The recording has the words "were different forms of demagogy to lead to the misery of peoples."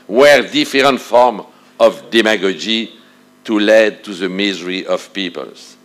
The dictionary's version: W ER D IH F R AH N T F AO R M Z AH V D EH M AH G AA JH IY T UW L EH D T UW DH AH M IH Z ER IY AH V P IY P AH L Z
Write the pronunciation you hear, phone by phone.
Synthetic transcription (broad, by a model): W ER D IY F R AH N T F AO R M AH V D EH M AH G AA JH IY T UW L EH D T UW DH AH M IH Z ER IY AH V P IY P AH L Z